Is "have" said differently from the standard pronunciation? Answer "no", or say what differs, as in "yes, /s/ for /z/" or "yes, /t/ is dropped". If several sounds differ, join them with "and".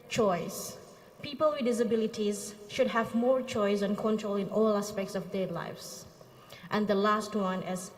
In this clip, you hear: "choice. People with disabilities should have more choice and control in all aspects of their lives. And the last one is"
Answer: no